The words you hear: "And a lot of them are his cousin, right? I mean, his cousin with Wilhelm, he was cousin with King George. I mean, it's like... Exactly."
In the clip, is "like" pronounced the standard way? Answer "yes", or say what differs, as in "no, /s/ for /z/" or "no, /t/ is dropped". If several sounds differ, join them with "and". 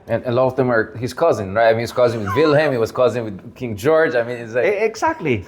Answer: no, /k/ is dropped